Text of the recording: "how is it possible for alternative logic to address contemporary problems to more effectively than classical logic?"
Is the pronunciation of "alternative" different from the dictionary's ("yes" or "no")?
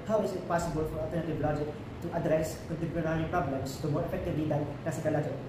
yes